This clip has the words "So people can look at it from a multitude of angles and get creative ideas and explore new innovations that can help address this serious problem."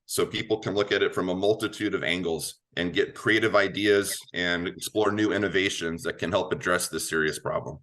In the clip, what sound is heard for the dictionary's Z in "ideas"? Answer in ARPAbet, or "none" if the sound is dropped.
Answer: Z